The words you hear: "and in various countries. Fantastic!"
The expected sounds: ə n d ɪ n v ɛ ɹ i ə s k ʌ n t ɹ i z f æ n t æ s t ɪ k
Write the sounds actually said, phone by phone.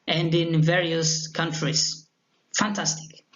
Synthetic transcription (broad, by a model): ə n d ɪ n v ɛ ɹ i ə s k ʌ n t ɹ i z f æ n t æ s t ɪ k